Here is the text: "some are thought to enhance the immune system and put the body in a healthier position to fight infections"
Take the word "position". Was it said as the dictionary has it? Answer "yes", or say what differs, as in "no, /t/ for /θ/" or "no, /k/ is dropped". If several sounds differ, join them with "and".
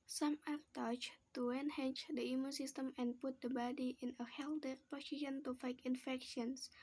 no, /s/ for /z/